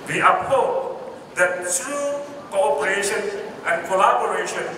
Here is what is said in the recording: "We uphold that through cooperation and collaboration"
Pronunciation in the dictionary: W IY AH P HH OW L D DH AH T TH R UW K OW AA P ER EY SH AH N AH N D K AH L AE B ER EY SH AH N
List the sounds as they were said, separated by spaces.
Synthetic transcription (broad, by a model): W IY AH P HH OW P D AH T T R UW K OW AA P ER EY SH AH N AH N K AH L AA B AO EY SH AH N